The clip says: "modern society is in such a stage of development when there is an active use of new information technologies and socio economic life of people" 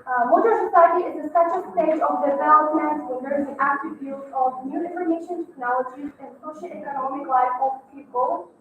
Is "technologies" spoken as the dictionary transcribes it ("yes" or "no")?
yes